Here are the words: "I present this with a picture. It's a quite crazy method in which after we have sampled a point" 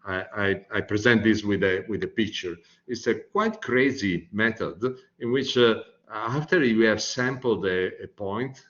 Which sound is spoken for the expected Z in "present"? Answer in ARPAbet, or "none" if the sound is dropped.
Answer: Z